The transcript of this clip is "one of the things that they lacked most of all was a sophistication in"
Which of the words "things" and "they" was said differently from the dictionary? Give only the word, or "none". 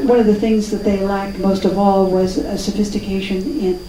none